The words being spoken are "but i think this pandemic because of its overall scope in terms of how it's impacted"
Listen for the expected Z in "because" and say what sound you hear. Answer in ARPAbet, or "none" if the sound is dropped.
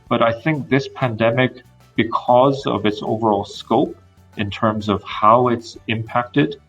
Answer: Z